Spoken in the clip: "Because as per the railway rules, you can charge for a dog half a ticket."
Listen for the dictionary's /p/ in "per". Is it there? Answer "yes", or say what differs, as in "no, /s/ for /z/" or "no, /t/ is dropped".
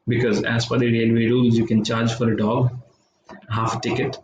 no, /f/ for /p/